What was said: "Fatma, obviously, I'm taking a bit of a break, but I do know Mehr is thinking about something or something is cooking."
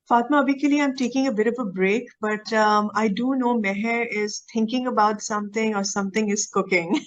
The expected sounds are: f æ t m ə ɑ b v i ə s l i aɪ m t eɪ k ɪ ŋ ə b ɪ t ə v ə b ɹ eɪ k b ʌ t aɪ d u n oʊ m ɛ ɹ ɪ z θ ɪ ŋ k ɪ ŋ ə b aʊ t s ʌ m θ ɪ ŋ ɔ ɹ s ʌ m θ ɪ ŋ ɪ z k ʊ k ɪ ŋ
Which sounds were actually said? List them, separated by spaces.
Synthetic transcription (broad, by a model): f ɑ t m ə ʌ b i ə l i aɪ m t eɪ k ɪ ŋ ə b ɪ t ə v ə b ɹ eɪ k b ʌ t aɪ d u n oʊ m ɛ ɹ ɪ z t ɪ ŋ k ɪ ŋ ə b aʊ t s ʌ m t ɪ ŋ ɔ ɹ s ʌ m t ɪ ŋ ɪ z k ʊ k ɪ ŋ